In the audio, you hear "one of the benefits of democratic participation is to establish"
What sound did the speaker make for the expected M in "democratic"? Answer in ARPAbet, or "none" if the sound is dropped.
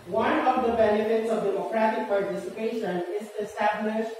none